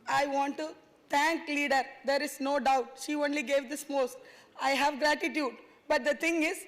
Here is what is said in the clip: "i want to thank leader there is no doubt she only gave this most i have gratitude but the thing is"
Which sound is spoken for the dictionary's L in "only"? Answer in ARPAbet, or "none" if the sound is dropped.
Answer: L